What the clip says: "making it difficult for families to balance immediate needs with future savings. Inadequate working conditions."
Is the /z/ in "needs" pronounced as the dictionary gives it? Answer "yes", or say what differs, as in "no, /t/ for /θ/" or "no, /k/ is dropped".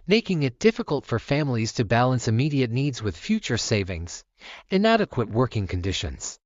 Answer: yes